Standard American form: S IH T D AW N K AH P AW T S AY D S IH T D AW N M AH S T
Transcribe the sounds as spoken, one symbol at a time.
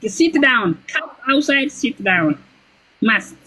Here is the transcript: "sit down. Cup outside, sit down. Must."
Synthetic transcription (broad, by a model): S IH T D AW N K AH AW T S AY D S IH T D AW N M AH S